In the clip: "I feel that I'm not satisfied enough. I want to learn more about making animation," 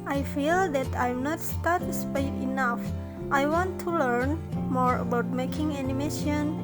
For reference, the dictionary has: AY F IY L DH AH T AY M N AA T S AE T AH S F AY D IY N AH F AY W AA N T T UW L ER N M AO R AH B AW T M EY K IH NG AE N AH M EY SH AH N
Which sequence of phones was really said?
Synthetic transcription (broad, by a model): AY F IY L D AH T AY M N AA T S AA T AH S P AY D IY N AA F AY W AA N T T UW L ER N M AO R AH B AW T M EY K IH NG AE N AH M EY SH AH N